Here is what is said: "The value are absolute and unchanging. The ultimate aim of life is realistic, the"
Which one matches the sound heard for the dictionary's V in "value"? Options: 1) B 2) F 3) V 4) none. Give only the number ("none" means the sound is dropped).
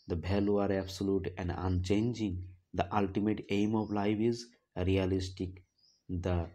1